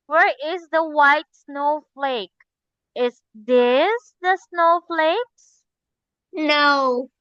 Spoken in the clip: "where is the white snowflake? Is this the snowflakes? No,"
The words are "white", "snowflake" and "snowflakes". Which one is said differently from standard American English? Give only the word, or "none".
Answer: none